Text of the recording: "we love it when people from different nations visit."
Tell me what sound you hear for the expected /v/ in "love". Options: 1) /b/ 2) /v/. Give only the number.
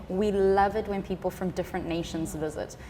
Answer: 2